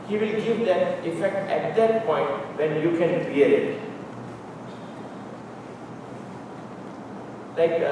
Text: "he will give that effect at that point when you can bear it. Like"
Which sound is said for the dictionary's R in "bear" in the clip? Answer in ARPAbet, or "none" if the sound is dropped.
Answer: L